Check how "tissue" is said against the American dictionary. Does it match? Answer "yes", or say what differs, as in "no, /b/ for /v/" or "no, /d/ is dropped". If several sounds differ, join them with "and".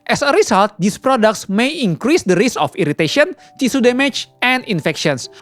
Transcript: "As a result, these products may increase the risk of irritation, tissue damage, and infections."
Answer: no, /s/ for /ʃ/